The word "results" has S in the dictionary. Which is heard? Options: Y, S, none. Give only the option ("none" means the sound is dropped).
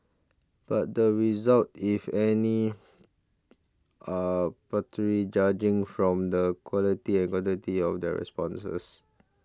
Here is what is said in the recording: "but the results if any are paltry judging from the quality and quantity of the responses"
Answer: none